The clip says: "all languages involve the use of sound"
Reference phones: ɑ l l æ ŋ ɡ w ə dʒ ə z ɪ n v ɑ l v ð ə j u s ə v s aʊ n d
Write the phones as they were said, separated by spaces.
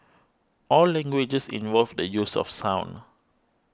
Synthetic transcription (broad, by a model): ɑ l l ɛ ŋ ɡ w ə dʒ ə s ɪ n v ɑ l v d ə j u s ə f s aʊ n